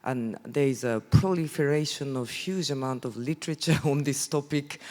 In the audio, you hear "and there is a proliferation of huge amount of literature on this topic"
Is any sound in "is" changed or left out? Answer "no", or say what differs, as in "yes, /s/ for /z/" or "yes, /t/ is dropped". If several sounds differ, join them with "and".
no